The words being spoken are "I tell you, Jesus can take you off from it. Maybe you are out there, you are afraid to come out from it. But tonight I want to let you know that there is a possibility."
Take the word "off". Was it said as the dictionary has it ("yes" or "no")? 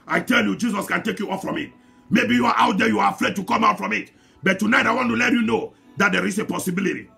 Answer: yes